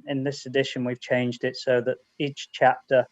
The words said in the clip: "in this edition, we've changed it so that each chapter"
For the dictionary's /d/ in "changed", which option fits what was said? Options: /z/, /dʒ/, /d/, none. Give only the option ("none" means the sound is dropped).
/d/